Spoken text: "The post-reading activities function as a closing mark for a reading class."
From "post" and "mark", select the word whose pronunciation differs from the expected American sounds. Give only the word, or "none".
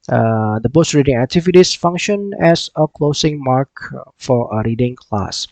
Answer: post